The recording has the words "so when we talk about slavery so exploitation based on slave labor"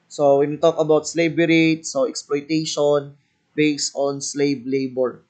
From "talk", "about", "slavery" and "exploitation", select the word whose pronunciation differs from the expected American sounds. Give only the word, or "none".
slavery